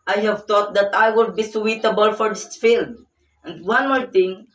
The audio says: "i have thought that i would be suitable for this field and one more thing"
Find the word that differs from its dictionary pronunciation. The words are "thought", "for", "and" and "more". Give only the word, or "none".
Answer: thought